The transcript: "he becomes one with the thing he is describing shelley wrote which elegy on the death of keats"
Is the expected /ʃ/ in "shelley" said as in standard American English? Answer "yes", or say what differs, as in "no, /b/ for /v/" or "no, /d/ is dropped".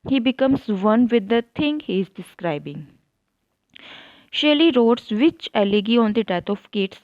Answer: yes